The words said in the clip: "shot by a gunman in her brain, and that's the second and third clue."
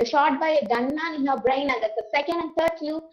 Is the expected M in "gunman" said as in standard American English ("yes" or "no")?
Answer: no